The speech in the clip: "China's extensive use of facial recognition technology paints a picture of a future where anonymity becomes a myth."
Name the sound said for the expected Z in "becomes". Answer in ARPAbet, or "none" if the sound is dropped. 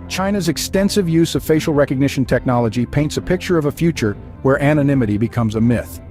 Z